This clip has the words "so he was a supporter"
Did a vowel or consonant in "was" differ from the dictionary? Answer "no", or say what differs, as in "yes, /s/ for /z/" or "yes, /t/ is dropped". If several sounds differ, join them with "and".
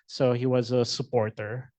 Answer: no